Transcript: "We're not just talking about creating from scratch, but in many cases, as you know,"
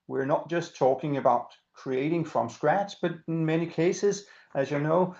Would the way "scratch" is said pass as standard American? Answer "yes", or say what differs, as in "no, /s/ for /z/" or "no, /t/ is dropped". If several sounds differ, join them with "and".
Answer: no, /s/ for /tʃ/